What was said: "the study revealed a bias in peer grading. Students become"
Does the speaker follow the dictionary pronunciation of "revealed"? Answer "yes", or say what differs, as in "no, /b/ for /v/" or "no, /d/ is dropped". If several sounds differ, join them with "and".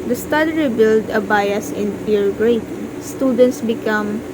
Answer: no, /b/ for /v/